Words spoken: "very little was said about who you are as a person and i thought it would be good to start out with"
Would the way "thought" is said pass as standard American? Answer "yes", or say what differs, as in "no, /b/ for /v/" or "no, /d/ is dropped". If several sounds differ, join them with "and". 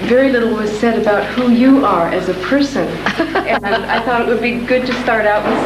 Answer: yes